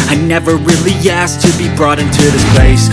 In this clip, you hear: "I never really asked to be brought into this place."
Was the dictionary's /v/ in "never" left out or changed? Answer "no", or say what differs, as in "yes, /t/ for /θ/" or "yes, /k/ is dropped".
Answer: no